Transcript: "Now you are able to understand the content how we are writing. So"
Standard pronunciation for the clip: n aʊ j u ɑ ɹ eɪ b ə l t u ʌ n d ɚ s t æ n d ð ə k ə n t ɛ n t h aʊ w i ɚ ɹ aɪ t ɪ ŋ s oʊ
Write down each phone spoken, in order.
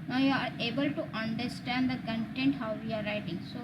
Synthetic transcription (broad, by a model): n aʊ j u ɑ ɹ eɪ b ə l t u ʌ n d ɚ s t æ n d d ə k ə n t ɛ n t h aʊ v i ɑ ɹ aɪ t ɪ ŋ s oʊ